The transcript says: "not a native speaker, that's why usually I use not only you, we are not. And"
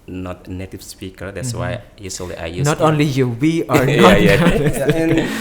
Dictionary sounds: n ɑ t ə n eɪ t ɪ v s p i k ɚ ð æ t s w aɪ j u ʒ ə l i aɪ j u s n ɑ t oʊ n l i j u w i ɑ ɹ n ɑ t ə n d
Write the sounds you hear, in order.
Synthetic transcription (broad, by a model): n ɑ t ə n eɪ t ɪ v s p i k ɚ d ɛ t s w aɪ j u s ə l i aɪ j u n ɑ t oʊ n l i j u w i ɑ ɹ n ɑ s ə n